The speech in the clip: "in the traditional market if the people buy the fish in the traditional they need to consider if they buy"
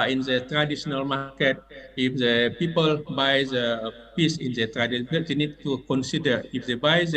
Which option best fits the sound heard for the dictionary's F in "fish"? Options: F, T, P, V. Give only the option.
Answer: P